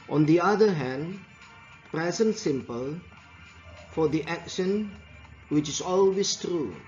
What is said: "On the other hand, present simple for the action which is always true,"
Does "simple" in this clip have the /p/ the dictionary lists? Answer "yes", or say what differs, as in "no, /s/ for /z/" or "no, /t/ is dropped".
yes